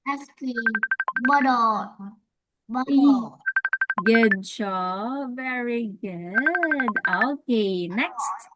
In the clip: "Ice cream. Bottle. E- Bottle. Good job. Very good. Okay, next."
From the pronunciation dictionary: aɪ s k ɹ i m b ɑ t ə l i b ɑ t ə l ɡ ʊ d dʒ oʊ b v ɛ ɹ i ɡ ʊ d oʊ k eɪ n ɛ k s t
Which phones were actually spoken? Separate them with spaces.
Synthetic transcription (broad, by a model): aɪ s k i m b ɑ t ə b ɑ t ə ɡ ʊ d ʃ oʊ v ɛ ɹ i ɡ ʊ d oʊ k eɪ n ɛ k s t